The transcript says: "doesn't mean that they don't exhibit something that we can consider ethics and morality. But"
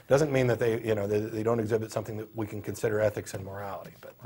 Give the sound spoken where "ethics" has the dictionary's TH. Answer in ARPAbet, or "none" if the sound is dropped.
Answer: TH